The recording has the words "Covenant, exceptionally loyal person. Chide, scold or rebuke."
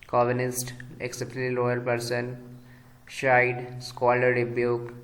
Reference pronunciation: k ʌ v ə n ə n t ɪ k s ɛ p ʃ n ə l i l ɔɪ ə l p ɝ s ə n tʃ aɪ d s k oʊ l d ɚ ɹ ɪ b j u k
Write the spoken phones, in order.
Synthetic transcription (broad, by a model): k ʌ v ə n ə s t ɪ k s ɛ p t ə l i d ɔɪ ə l p ɝ s ə n ʃ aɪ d s k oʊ l ɚ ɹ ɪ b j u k